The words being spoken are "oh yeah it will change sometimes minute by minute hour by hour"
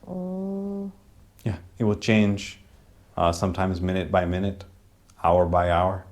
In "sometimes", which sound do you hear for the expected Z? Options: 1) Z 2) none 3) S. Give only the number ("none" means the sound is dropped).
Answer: 1